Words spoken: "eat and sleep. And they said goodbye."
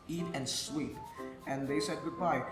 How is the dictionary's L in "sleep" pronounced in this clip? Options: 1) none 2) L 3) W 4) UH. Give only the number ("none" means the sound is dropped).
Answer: 3